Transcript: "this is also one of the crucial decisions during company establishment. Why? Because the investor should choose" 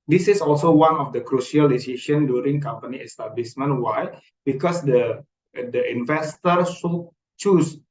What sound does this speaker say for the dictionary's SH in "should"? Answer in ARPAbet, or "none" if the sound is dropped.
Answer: S